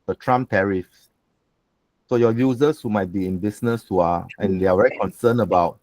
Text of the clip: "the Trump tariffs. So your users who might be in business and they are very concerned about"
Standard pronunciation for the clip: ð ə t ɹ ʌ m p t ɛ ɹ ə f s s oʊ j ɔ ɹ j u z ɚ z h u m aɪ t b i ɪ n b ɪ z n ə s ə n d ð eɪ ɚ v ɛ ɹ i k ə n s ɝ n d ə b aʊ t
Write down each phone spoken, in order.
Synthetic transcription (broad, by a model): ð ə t ɹ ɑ m t ɛ ɹ ə f s s oʊ j ɔ j u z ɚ s h u m aɪ t b i ɪ n b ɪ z n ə s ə n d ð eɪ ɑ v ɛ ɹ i k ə n s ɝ n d ə b aʊ t